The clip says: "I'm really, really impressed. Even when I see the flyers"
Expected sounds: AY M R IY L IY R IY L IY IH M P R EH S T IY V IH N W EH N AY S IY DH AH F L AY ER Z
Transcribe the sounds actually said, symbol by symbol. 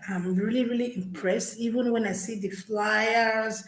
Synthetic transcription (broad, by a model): AY M R IY L IY R IY L IY IH M P R EH S T IY V IH N W EH N AY S IY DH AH F L AY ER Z